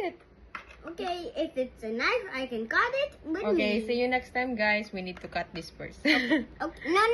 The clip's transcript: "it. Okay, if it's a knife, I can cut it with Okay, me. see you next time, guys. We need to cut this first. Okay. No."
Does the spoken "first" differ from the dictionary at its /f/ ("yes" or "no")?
yes